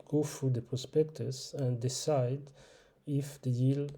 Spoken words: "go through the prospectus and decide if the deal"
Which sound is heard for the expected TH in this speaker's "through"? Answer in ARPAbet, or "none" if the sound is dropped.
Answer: F